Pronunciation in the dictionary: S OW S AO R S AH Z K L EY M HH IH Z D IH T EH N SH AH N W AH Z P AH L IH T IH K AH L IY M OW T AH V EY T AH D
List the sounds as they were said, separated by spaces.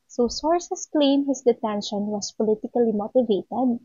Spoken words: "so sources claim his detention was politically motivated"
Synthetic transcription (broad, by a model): S OW S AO R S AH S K L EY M HH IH S D IH T EH N SH AH N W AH S P AH L IH T IH K AH L IY M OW T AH V EY T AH D